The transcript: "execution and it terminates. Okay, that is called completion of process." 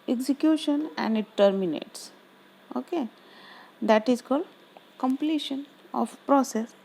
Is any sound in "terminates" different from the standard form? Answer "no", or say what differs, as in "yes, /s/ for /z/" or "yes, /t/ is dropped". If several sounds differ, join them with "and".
no